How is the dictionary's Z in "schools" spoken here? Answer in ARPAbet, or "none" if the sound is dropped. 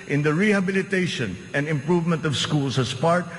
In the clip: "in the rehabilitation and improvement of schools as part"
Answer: S